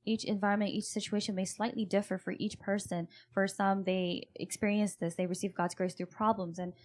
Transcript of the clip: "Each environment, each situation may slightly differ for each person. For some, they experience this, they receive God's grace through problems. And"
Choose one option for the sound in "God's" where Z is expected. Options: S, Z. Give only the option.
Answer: Z